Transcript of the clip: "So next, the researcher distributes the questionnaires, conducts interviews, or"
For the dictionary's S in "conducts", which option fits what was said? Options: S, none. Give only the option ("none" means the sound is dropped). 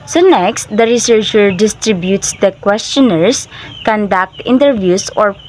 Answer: none